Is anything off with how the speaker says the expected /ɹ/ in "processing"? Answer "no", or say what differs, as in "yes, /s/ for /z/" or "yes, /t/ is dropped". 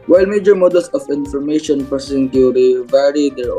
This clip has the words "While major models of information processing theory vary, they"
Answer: yes, /ɹ/ is dropped